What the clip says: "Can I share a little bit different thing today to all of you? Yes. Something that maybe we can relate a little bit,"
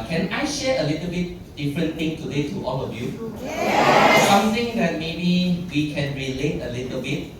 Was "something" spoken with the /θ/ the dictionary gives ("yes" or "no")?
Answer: no